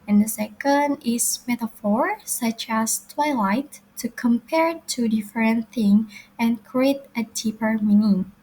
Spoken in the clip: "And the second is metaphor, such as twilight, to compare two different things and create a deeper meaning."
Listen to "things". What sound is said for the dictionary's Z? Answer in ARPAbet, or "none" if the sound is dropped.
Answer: none